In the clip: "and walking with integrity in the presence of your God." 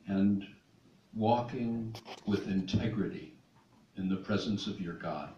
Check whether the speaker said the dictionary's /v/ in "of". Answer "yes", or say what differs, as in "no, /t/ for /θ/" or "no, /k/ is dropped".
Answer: yes